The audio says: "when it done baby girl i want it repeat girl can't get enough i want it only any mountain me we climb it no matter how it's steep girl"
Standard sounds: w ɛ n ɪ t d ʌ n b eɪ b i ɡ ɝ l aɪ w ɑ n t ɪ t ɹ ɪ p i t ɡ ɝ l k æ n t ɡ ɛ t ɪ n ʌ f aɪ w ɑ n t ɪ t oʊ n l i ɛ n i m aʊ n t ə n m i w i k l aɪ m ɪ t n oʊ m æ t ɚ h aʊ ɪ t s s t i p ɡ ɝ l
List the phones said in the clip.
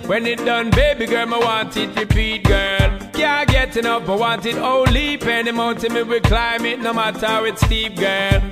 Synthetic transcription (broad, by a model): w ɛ n ɪ t d ʌ n b eɪ b i ɡ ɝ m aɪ w ɑ n t ɪ t ɹ ɪ p i t ɡ ɝ l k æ ɡ ɛ t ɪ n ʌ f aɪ w ɑ n t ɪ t oʊ l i ɛ n i m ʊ n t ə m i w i k l aɪ m ɪ t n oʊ m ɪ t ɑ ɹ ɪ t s s t i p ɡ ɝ l